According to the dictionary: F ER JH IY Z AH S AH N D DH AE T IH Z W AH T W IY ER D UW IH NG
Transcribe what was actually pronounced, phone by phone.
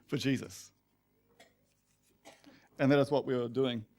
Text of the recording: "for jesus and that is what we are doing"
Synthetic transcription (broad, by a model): F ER JH IY Z AH S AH N DH AE T IH Z W AH T W IY ER D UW IH NG